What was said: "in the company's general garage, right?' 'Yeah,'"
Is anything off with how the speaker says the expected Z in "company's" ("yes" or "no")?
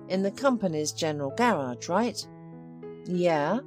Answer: no